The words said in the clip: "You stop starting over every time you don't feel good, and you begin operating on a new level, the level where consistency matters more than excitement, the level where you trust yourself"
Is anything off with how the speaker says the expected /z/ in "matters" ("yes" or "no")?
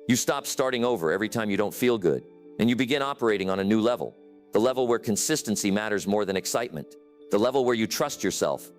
no